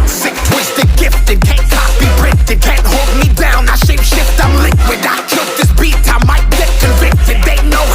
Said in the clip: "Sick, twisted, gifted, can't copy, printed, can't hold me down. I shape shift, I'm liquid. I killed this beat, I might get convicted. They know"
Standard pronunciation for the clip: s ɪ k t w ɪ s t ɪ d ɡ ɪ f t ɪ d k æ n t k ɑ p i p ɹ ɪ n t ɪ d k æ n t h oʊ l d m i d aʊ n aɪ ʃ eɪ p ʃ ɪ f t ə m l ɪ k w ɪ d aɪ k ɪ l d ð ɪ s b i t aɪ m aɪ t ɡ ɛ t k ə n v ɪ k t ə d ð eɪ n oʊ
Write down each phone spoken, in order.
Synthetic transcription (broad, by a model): s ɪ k t w ɪ s t ɪ d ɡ ɪ f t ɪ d k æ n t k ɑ b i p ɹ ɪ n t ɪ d k æ n t h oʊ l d m i d aʊ n aɪ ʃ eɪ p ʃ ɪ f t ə l ɪ k w ɪ d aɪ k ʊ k ð ɪ s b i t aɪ m aɪ t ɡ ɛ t k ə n v ɪ k t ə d ð eɪ n oʊ